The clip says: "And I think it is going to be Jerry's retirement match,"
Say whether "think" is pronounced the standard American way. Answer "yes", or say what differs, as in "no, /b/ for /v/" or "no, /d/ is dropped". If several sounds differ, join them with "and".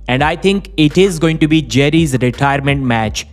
no, /t/ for /θ/